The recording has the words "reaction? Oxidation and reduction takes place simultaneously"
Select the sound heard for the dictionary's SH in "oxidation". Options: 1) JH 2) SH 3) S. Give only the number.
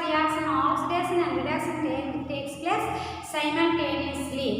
3